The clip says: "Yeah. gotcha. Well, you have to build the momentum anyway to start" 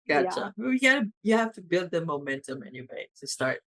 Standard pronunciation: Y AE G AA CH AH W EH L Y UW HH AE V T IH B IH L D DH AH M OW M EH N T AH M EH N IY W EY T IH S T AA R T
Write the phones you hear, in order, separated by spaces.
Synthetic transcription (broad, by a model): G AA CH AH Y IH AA Y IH HH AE F T IH B IH L D DH AH M OW M EH N T AH M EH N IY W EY T IH S T AA R T